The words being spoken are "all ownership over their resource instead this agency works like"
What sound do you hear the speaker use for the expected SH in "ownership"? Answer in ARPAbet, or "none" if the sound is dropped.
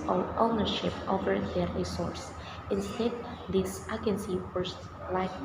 SH